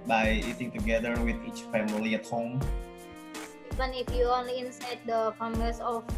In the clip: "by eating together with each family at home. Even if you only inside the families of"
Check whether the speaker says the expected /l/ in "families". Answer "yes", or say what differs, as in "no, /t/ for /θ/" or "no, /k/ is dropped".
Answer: no, /l/ is dropped